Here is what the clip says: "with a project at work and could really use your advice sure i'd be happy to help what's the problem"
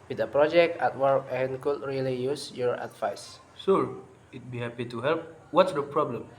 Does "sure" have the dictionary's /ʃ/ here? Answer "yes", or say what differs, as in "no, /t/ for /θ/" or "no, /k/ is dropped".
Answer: no, /s/ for /ʃ/